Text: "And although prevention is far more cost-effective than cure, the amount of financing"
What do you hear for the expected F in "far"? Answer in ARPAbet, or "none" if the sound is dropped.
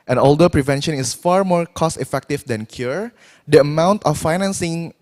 F